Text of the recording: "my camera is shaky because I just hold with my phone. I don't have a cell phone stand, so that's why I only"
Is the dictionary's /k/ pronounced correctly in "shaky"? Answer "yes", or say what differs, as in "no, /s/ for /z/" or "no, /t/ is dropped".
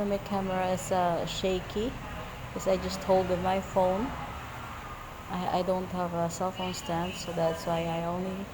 no, /k/ is dropped